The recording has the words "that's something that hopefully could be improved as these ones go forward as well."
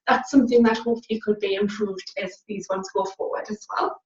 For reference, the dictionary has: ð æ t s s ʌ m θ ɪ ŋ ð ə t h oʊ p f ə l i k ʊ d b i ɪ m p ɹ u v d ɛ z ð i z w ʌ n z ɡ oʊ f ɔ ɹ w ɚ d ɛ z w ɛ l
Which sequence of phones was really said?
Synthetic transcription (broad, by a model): ð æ t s s ʌ m θ ɪ ŋ ð ə t h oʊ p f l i k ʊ d b i ɪ m p ɹ u v d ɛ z ð i z w ʌ n z ɡ oʊ f ɔ ɹ w ɚ d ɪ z w ɛ l